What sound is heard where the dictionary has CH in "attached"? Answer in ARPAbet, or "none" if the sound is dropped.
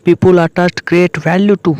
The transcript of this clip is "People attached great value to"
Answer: S